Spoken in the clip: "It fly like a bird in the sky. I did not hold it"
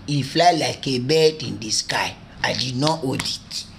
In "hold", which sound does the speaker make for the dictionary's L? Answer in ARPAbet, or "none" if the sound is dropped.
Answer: none